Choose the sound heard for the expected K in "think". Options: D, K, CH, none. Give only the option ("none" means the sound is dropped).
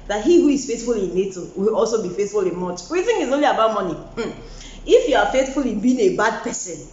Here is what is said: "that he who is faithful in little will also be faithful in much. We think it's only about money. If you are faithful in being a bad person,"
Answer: none